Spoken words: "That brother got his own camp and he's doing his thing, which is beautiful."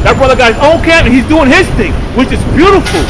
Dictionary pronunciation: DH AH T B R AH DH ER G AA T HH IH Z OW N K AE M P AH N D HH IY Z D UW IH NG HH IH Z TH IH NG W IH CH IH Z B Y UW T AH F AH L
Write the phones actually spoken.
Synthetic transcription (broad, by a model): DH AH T B R AH DH ER G AA IH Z OW N K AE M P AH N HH IY Z D UW IH NG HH IH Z TH IH NG W IH CH IH Z B Y UW T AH F L